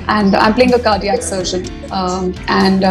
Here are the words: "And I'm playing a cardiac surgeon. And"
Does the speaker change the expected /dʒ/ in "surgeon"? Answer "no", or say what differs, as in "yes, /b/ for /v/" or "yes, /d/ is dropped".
yes, /ʃ/ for /dʒ/